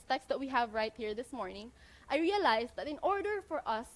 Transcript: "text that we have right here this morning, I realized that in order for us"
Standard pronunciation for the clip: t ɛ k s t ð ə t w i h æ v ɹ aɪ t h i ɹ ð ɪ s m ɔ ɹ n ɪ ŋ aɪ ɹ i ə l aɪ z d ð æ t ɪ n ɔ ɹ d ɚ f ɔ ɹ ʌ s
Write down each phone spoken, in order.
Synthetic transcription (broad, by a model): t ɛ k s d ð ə t w i h æ v ɹ aɪ t h i ɹ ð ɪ s m ɔ ɹ n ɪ ŋ aɪ ɹ i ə l aɪ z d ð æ t ɪ n ɔ ɹ d ɚ f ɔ ɹ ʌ s